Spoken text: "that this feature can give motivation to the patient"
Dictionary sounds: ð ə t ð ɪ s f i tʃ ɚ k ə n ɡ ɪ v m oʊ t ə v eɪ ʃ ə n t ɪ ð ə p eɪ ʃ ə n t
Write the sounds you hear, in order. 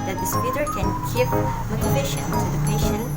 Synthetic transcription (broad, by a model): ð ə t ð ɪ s p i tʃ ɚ k ə n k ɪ p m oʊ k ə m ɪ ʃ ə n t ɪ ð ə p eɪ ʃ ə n